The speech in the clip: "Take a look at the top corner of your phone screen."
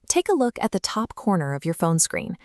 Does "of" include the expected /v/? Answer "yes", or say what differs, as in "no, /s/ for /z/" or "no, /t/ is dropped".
yes